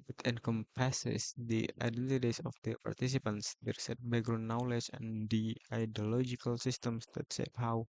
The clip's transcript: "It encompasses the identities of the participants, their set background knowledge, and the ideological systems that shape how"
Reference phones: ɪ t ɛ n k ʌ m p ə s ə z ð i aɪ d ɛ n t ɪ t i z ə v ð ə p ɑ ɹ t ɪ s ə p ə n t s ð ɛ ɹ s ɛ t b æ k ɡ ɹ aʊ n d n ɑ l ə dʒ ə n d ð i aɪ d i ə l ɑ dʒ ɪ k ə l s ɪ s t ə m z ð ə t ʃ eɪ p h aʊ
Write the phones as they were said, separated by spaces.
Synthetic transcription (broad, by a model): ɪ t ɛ n k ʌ m p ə s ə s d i aɪ d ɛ n t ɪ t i s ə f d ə p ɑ ɹ t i s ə p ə n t s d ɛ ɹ s ɛ t b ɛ ɡ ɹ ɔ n n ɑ l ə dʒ ə n d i aɪ d i ə l ɑ dʒ ɪ k ə l s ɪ s t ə m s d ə t s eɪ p h aʊ